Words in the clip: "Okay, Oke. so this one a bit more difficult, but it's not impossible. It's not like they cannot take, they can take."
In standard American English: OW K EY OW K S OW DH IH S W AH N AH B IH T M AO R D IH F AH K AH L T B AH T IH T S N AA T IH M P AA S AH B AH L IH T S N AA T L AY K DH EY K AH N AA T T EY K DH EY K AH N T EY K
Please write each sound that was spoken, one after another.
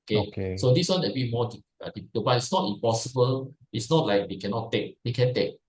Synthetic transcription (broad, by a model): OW K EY K S OW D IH S W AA N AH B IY M AO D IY AH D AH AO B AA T IH T S N AA T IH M P AA S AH B AH L IH T S N AA T L AY K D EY K AH N AA T T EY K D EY K AH N T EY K